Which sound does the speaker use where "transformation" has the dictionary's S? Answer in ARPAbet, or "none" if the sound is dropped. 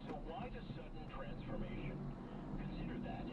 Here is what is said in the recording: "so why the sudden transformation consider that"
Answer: S